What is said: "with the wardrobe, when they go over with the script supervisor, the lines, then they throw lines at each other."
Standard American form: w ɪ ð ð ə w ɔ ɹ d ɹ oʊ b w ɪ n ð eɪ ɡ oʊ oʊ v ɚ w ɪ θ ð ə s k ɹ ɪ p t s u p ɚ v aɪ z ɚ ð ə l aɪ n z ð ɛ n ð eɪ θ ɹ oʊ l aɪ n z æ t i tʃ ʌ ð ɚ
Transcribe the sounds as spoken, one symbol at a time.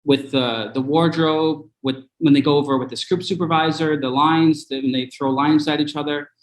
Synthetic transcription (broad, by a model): w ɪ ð ð ə w ɔ ɹ d ɹ oʊ b w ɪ n ð eɪ ɡ oʊ oʊ v ɚ w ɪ ð ə s k ɹ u p t s u p ɚ v aɪ z ɚ ð ə l aɪ n z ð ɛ n ð eɪ θ ɹ oʊ l aɪ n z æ t i tʃ ʌ ð ɚ